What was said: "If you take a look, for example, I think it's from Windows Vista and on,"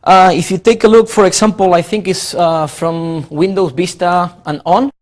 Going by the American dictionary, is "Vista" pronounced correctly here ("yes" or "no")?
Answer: no